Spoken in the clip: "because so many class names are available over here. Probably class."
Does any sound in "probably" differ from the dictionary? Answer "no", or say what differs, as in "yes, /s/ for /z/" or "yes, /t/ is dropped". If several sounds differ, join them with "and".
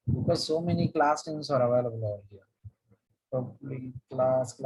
yes, /ɹ/ is dropped